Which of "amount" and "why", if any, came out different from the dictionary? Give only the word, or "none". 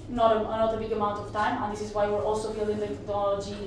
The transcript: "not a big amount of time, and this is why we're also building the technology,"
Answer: none